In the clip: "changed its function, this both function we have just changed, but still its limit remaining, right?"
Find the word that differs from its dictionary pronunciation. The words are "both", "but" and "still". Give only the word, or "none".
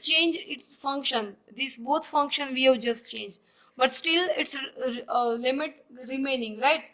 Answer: both